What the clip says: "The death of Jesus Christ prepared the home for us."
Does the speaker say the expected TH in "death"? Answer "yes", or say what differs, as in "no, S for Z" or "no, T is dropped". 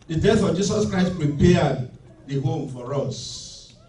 no, F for TH